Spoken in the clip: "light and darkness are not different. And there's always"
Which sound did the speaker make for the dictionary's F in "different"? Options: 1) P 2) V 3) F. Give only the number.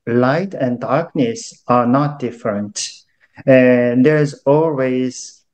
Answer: 3